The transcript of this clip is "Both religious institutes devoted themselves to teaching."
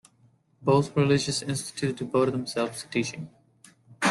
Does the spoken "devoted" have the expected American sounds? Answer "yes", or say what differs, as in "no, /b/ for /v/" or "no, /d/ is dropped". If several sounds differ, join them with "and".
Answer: no, /b/ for /v/